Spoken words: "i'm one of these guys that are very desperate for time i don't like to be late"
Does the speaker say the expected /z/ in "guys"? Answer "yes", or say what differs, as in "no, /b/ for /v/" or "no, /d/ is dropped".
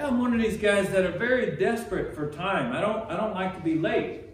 yes